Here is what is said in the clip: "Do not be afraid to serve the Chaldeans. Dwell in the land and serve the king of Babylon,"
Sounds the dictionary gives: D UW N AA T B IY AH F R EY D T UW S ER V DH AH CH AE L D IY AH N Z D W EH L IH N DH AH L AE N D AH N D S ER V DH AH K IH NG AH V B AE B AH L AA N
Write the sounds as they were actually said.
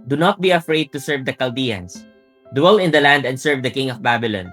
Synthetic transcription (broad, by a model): D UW N AA T B IY AH F R EY D T UW S ER V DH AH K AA L D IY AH N S D W EH L IH N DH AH L AE N D AH N D S ER V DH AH K IH NG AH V B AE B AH L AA N